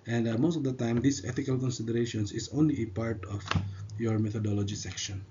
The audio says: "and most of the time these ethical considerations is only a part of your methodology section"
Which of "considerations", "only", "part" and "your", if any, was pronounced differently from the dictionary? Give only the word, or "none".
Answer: considerations